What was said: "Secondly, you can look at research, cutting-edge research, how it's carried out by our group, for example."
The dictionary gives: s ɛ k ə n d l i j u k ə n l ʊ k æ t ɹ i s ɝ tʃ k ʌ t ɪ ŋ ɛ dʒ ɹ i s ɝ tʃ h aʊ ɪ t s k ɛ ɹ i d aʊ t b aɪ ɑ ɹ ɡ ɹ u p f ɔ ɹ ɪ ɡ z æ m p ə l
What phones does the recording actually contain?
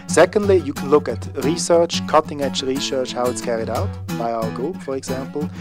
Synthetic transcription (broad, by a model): s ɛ k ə n d l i j u k ə n l ʊ k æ t ɹ i s ɝ tʃ k ʌ t ɪ ŋ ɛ tʃ ɹ i s ɝ tʃ h aʊ ɪ t s k ɛ ɹ i d aʊ t b aɪ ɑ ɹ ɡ u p f ɔ ɹ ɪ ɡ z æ m p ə l